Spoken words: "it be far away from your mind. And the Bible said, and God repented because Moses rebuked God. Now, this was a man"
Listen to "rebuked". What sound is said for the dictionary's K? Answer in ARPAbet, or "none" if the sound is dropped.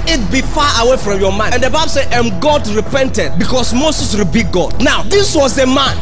none